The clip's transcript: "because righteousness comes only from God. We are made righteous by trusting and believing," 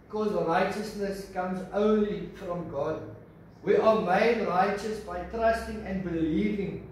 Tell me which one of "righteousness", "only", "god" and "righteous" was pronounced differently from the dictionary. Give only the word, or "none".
none